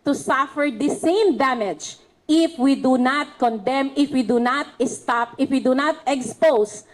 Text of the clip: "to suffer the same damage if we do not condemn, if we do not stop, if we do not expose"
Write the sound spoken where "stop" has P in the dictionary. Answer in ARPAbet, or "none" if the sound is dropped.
P